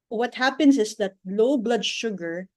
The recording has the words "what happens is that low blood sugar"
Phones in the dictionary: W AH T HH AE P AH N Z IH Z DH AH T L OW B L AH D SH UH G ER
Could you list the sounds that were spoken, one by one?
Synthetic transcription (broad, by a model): W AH T HH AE P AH N S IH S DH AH T L OW B L AH D SH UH G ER